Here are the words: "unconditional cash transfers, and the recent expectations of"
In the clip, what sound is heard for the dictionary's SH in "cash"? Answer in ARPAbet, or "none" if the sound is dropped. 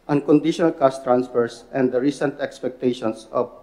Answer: S